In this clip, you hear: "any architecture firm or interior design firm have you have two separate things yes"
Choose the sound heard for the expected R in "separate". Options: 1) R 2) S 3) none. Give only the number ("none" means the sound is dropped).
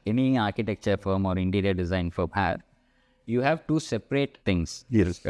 1